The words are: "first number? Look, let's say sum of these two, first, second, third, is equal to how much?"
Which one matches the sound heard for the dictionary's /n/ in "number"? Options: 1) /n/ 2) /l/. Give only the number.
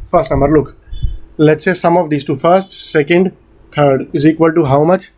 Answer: 1